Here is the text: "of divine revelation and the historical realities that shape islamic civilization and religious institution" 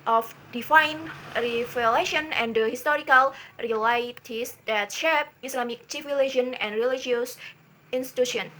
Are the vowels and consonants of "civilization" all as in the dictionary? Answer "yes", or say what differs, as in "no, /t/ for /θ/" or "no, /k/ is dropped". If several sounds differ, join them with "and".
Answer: no, /ʃ/ is dropped